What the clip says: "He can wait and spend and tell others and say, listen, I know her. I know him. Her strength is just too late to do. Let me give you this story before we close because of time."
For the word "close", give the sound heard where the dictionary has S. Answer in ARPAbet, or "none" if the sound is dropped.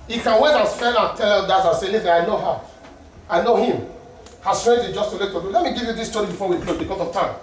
none